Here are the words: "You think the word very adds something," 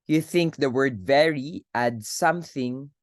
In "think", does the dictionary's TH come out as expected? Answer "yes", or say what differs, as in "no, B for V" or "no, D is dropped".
yes